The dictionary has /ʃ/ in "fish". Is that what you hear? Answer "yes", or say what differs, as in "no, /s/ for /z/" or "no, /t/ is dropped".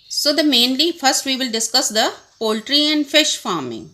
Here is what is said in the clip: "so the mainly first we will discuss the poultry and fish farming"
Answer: yes